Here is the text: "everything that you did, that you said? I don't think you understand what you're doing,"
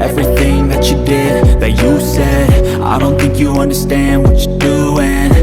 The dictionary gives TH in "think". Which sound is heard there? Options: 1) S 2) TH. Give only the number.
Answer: 2